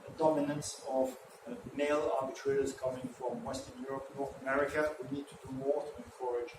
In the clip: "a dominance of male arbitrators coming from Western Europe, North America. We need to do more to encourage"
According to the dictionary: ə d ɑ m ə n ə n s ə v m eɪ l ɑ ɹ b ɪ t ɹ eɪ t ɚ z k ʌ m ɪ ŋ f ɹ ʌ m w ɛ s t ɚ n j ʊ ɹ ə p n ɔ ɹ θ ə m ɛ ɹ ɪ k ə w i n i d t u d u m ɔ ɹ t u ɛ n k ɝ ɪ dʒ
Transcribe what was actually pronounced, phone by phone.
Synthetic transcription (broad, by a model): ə d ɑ m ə n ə n s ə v m eɪ l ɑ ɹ b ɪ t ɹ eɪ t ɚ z k ʌ m ɪ ŋ f ɹ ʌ m w ɛ s t ɚ n j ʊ ɹ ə p n ɔ ɹ θ ə m ɛ ɹ ɪ k ə w i n i d t u d u m ɔ ɹ t u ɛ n k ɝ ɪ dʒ